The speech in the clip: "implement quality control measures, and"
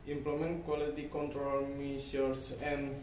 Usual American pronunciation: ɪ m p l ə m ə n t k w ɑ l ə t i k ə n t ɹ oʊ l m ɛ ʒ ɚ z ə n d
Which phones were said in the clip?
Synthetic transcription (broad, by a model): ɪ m p l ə m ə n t k w ɑ l ə t i k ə n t ɹ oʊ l m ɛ s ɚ s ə n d